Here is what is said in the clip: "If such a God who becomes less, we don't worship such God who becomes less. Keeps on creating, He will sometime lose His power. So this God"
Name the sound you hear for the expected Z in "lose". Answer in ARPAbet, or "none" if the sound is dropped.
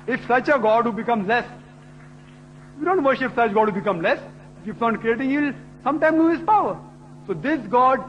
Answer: none